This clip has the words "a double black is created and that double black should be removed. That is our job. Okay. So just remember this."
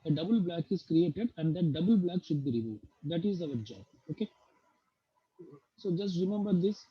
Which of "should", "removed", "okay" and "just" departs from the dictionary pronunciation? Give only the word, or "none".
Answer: removed